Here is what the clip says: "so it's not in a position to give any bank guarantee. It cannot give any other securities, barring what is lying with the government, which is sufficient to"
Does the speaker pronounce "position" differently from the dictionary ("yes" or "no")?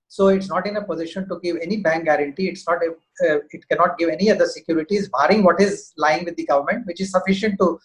no